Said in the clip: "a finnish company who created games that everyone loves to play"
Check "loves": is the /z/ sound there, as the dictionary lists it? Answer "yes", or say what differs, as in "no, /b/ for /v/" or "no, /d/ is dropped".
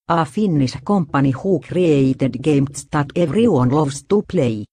no, /s/ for /z/